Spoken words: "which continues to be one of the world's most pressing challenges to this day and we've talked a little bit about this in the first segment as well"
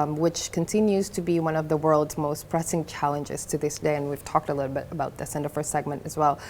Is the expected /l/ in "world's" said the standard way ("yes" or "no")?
yes